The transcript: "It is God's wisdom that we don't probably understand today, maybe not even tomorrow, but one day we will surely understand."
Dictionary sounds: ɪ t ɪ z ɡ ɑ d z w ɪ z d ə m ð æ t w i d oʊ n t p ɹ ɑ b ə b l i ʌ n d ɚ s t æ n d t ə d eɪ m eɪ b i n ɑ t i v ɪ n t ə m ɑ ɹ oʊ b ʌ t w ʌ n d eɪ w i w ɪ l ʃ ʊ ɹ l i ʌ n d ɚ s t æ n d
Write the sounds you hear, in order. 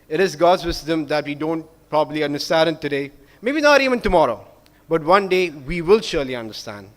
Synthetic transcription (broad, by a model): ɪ t ɪ z ɡ ɑ d z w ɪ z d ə m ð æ t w i d oʊ n t p ɹ ɑ b ə b l i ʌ n d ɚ s t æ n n t ə d eɪ m eɪ b i n ɑ t i v ɪ n t ə m ɑ ɹ oʊ b ʌ t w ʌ n d eɪ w i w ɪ l ʃ ʊ ɹ l i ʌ n d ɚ s t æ n d